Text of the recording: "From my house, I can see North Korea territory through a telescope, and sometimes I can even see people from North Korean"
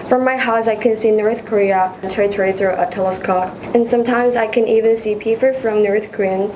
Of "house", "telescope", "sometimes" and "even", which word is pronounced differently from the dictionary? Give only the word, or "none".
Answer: none